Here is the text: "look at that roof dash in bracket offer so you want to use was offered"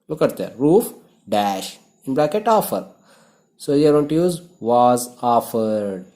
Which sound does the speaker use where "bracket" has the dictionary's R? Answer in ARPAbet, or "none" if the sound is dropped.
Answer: L